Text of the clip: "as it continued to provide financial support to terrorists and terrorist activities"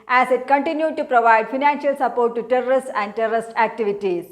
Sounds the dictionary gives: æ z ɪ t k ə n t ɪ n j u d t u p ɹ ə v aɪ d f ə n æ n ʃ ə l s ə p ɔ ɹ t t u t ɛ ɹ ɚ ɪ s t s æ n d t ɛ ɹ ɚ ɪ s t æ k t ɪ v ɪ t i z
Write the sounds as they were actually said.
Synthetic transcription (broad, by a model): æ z ɪ t k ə n t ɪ n j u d t u p ɹ ə v aɪ d f ə n æ n ʃ ə l s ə p ɔ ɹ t t u t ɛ ɹ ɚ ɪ s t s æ n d t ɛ ɹ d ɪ s t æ k t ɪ v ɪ t i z